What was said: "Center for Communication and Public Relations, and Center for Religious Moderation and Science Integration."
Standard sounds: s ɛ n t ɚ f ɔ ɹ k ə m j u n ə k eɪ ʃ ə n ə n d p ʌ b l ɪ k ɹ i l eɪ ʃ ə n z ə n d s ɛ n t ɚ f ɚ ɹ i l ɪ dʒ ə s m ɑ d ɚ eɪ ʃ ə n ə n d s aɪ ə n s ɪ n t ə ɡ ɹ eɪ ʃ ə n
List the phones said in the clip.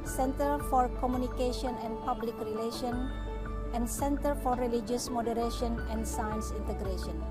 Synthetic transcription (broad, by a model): s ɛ n t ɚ f ɔ ɹ k ə m j u n ə k eɪ ʃ ə n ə n p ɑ b l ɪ k ɹ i l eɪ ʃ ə n ə n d s ɛ n t ɚ f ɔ ɹ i l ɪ dʒ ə s m ɑ d ɚ eɪ ʃ ə n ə n s aɪ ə n s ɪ n t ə ɡ ɹ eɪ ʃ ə n